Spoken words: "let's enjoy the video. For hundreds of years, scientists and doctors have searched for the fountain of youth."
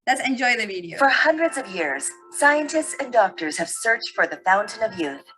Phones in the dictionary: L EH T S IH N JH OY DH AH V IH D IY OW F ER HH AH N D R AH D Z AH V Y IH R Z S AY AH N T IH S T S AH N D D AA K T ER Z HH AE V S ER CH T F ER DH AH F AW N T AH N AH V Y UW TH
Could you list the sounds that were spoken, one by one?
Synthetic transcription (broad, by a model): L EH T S IH N JH OY DH AH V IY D IY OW F ER HH AH N D R AH D Z AH V Y IH R Z S AY AH N T IH S T S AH N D D AA K T ER Z HH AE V S ER CH T F ER DH AH F AW N T AH N AH V Y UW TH